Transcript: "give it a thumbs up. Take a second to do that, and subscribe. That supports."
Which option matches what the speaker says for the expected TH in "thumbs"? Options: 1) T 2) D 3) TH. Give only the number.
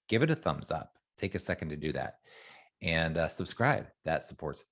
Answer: 3